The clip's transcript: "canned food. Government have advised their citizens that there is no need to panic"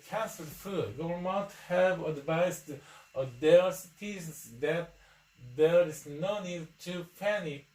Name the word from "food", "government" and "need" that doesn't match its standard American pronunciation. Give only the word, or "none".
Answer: government